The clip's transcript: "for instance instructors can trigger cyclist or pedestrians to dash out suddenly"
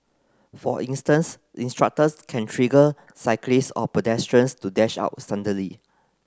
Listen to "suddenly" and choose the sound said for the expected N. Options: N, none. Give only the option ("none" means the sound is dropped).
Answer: none